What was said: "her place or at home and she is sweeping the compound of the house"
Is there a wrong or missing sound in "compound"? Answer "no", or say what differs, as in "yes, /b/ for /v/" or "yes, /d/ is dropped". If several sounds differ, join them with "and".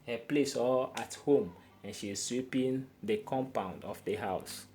no